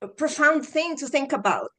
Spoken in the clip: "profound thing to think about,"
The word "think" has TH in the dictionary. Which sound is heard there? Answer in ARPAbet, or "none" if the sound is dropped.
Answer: TH